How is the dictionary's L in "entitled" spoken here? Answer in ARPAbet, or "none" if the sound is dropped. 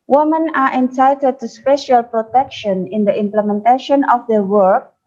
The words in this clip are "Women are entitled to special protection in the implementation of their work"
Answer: none